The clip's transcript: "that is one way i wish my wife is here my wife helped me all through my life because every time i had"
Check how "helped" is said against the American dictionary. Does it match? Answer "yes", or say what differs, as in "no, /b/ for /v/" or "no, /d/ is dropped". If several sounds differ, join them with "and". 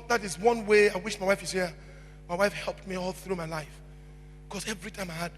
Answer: yes